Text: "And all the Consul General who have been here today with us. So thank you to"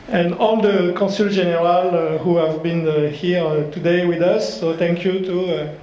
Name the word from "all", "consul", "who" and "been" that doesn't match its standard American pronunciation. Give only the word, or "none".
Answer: consul